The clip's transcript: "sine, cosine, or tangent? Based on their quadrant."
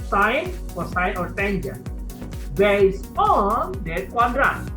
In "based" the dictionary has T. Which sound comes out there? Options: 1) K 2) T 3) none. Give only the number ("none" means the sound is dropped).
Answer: 3